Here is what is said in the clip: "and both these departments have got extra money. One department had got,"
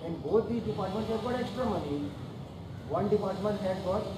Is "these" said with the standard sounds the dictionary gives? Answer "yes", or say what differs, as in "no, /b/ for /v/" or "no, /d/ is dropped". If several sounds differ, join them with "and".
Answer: no, /z/ is dropped